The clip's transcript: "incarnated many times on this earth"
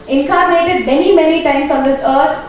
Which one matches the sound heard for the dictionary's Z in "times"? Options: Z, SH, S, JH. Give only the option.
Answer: S